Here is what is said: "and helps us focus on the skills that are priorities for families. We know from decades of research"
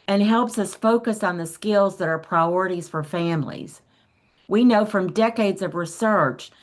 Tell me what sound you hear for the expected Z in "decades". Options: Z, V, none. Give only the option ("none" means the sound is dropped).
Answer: Z